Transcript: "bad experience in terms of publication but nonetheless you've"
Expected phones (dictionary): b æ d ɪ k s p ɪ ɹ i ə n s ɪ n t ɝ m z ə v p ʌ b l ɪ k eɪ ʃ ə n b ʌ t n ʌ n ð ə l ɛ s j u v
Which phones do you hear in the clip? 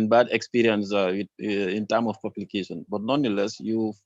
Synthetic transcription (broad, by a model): b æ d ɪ k s p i ɹ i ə n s ɪ n t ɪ m ə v p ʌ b l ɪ k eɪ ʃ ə n b ʌ t n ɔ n ə l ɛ s j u